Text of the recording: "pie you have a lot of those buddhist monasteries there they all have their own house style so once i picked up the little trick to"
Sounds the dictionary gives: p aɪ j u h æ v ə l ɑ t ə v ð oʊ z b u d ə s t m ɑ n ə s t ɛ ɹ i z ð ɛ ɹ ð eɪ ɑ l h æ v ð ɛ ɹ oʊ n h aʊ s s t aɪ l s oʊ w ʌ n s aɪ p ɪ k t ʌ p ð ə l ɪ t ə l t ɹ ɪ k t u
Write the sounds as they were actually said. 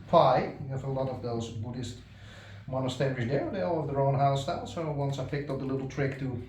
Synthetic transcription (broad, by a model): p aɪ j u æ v ə l ɑ t ə v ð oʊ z b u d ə s t m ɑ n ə s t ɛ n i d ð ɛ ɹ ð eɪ ɑ l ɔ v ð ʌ ɹ oʊ n h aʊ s s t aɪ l s oʊ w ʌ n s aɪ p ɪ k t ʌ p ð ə l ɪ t l t ɹ ɪ k t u